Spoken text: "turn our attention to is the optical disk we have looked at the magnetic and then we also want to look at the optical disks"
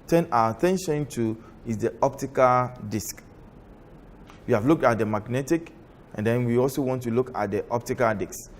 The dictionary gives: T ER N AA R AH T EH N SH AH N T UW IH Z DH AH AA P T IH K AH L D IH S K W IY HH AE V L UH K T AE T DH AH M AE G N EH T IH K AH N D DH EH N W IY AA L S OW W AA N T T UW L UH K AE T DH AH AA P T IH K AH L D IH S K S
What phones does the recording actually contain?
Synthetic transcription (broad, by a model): T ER N AA W AH T EH N SH AH N T UW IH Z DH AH AA P T IH K AH L D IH S K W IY HH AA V L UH K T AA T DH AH M AE G N EH T IH K AH N D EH N W IY AA L S OW W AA N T T UW L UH K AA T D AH AA P T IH K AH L D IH K S